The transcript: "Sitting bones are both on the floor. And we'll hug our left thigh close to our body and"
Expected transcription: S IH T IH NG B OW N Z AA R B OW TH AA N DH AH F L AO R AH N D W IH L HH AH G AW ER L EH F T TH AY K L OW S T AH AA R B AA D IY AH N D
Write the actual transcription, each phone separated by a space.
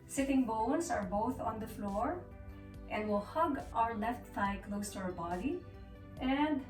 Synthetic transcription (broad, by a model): S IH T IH NG B OW N S AA R B OW TH AA N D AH F L AO R AH N D W IH L HH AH G AW ER L EH F T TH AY K L OW S T AH AA R B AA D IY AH N D